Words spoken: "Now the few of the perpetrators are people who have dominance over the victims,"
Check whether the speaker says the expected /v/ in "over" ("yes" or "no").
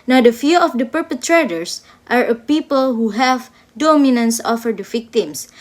no